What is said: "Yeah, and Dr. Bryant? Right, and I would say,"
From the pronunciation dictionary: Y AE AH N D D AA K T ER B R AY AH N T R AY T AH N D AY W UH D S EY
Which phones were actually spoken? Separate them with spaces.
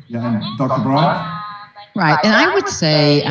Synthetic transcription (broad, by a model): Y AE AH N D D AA K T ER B R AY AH T R AY T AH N AY W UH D S EY